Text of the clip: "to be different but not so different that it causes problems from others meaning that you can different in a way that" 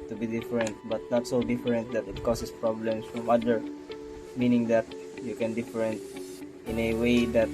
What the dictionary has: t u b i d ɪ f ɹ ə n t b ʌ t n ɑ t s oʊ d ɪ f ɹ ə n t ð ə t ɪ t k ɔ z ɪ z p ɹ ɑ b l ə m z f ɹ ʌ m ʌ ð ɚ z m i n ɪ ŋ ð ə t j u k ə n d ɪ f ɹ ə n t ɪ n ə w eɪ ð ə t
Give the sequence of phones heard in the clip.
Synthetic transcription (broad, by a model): t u b i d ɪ f ɹ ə n t b ʌ t n ɑ t s oʊ d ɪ f ɹ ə n t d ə t ɪ t k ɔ s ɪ s p ɹ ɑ b l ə m s f ɹ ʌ m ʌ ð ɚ m i n ɪ ŋ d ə t j u k ə n d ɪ f ɹ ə n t ɪ n ə w eɪ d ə t